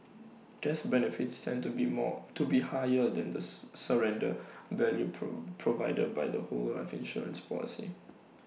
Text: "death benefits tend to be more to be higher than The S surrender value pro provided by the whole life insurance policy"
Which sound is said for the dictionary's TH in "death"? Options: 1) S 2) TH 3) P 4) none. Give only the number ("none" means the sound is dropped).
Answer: 1